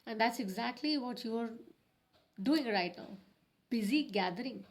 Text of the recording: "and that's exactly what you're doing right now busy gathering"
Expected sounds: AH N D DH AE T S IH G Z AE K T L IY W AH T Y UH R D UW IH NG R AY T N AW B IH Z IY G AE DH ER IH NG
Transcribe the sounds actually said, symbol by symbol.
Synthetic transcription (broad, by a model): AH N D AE T S IH G Z AE K T L IY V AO T Y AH R D UW IH NG R AY T N AW B IH Z IY G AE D ER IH NG